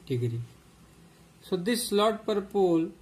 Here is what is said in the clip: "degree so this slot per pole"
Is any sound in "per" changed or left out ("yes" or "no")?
no